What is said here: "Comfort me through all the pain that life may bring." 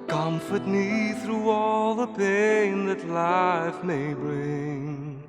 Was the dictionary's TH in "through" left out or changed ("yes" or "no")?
no